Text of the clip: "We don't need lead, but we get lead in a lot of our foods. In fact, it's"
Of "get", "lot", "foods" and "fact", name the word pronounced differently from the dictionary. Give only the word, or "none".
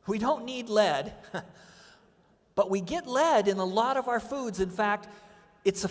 none